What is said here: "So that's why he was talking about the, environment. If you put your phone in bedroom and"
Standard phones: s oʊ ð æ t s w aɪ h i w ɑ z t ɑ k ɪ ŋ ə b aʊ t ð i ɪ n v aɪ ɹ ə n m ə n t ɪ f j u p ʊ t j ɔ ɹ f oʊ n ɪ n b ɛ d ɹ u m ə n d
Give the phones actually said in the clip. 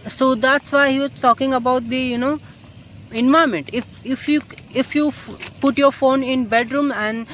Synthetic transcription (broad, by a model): s oʊ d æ t s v aɪ h i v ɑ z t ɑ k ɪ ŋ ə b aʊ t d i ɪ n ɔ ə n m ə n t ɪ f j u p ʊ t j ɔ ɹ f oʊ n ɪ n b ɛ d ɹ u m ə n d